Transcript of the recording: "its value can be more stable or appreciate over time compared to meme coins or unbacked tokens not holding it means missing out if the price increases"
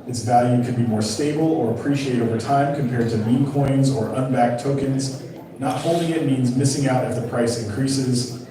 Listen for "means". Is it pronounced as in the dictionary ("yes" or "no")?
yes